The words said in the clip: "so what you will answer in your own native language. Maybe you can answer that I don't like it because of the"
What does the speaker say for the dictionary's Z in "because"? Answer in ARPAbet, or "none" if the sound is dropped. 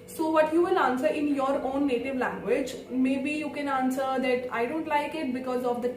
Z